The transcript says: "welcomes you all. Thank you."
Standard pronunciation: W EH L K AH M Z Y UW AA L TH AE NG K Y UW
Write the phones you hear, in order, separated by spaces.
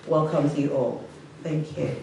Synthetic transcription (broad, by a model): W EH L K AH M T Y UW AA L TH AE NG K Y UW